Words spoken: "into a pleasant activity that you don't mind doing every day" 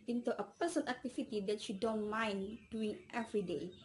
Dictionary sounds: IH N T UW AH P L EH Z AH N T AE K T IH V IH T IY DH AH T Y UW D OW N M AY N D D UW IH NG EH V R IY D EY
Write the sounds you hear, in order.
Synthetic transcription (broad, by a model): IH N T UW AH P EH S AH N AE K T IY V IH T IY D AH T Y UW D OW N M AY N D D UW IH NG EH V R IY D EY